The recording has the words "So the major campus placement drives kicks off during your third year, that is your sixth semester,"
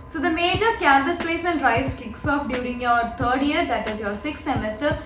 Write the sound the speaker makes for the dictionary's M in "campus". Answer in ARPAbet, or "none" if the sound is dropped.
M